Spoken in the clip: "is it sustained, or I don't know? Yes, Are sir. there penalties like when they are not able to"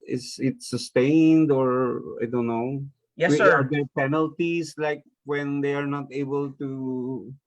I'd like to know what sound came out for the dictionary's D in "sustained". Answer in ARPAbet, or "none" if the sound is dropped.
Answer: D